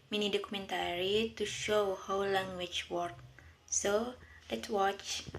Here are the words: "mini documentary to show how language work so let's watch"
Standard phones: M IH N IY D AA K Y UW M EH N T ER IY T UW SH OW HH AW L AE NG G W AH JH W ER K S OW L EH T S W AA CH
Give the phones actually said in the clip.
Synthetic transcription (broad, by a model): M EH N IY D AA K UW M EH N T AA IY T UW SH OW HH AW L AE NG G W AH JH W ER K S OW L EH T S W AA CH